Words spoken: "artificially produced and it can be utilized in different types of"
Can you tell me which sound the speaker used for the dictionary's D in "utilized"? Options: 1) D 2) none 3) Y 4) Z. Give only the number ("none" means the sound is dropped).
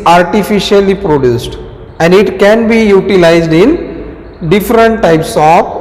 1